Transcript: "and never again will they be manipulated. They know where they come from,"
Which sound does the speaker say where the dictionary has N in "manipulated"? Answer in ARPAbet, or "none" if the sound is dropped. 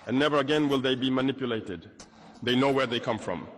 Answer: N